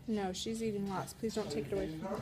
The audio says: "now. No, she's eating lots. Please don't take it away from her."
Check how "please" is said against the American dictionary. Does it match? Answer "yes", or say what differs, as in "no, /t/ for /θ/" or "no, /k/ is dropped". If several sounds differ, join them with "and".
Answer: yes